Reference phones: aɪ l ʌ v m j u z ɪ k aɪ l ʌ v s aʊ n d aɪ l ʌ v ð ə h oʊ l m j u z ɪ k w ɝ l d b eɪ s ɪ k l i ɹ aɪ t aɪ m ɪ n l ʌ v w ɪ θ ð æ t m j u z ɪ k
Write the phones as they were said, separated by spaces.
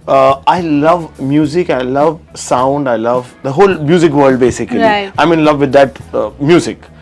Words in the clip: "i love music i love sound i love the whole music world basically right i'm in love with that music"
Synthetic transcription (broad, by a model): aɪ l ʌ v m j u z ɪ k aɪ l ʌ v s aʊ n d aɪ l ʌ v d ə h oʊ l m j u z ɪ k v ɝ l d b eɪ s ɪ k i l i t aɪ m ɪ n l ʌ v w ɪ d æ t m j u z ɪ k